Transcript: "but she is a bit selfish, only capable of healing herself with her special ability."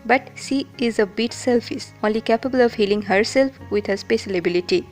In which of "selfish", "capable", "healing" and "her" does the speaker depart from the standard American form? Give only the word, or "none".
selfish